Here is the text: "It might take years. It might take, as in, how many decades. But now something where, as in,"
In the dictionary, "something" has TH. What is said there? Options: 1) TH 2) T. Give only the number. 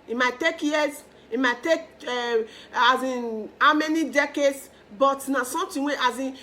2